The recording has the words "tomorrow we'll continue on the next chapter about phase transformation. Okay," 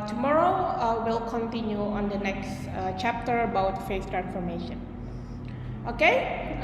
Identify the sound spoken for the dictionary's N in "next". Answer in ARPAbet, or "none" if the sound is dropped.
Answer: N